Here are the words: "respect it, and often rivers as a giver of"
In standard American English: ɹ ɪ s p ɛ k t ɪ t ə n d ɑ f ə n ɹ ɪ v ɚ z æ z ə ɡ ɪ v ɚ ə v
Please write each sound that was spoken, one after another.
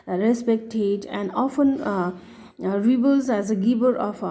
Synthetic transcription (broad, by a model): ɹ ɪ s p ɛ k t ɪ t ə n d ɑ f ə n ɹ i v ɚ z æ z ə ɡ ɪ b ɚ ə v